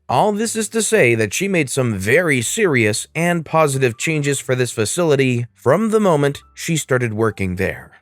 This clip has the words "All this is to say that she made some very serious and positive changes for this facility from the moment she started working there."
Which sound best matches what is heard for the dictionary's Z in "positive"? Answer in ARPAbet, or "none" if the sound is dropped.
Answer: Z